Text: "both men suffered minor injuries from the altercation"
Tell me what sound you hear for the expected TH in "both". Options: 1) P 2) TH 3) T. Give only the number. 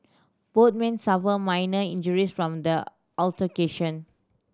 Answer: 3